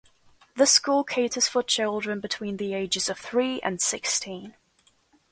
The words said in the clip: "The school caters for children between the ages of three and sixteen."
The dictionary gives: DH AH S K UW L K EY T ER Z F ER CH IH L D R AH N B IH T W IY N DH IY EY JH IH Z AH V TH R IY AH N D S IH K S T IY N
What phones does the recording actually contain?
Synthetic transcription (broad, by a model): DH AH S K UW L K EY T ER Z F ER CH IH L D R AH N B IH T W IY N DH IY EY JH IH Z AH V TH R IY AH N S IH K S T IY N